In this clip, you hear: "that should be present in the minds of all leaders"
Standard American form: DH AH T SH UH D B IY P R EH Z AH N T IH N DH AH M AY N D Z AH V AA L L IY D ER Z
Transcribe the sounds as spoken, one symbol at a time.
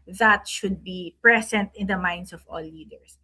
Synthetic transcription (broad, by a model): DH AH T SH UH D B IY P R EH S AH N T IH N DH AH M AY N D S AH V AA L L IY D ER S